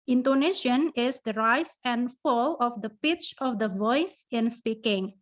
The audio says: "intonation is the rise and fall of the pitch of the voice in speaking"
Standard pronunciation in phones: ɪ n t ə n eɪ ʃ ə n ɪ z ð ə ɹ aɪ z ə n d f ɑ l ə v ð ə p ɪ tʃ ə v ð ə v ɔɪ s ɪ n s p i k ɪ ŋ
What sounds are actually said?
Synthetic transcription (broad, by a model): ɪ n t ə n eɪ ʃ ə n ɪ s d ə ɹ aɪ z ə n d f ɑ l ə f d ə p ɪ tʃ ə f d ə v ɔɪ s ɪ n s p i k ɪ ŋ